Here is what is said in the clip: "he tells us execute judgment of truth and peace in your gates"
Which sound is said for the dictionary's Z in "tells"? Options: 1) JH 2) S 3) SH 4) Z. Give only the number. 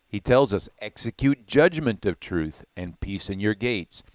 4